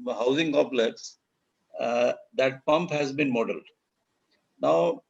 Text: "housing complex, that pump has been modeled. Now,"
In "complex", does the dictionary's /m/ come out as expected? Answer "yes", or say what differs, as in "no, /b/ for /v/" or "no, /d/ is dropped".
no, /m/ is dropped